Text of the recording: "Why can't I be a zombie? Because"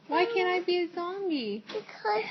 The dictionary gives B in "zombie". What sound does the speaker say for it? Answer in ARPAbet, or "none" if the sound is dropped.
none